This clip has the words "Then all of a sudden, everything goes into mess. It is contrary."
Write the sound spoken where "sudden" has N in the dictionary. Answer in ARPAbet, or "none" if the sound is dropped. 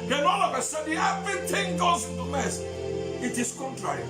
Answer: none